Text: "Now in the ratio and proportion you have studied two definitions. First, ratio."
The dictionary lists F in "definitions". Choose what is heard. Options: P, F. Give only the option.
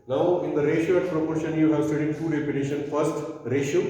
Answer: P